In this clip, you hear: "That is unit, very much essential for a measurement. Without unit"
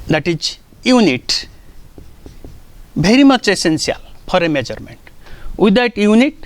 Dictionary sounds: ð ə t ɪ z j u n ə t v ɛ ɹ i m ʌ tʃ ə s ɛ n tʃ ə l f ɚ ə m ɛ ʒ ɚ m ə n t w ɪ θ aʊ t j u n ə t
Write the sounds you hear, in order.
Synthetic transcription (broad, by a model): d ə t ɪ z j u n ə t b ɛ ɹ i m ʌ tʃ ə s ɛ n s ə l p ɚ ə m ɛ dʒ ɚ m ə n t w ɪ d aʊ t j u n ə t